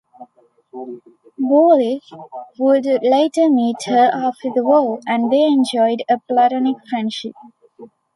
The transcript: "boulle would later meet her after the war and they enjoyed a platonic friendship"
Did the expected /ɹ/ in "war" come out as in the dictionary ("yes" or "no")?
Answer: no